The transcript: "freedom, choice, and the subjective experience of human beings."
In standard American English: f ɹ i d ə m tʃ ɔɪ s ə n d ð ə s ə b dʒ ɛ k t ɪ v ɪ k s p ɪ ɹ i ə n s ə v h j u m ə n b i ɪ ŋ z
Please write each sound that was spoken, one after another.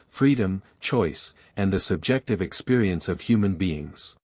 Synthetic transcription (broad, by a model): f ɹ i d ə m tʃ ɔɪ s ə n ð ə s ə b dʒ ɛ k t ɪ v ɪ k s p ɪ ɹ i ə n s ə v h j u m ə n b i ɪ ŋ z